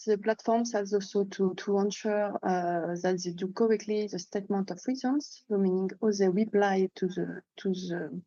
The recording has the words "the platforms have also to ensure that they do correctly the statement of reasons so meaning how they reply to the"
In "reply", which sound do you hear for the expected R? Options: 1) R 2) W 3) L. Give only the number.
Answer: 2